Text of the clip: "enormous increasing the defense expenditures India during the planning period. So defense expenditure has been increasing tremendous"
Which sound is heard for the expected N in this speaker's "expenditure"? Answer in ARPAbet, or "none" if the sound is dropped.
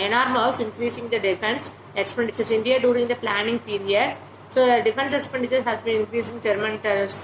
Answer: N